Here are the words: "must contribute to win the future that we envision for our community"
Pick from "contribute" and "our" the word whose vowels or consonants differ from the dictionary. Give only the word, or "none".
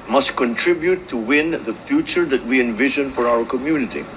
none